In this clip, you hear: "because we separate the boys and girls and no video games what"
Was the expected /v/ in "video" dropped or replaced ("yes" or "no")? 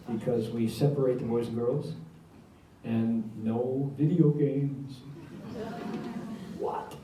no